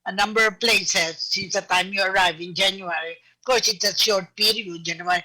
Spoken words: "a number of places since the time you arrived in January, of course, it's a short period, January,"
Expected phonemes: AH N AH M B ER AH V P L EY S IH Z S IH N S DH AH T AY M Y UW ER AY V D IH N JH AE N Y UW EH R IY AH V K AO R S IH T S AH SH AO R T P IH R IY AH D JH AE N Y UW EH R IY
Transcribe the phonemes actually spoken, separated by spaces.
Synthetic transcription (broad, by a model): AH N AH M B ER AH V P L EY S IH Z S IH N S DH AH T AY M Y UW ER AY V IH N JH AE N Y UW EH R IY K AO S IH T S AH SH AO R T P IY R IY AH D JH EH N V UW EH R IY